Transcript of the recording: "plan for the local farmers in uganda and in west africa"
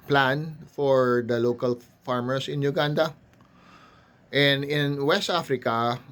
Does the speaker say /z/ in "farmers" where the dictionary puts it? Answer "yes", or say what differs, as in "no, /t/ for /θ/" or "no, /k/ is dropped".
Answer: no, /s/ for /z/